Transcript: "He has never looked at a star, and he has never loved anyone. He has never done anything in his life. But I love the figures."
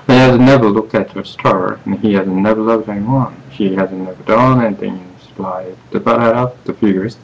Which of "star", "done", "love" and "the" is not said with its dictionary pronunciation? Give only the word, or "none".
love